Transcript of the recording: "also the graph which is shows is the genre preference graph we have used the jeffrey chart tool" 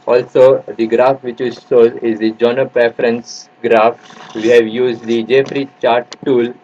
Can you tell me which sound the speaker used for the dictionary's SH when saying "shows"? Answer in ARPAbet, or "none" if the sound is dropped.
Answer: S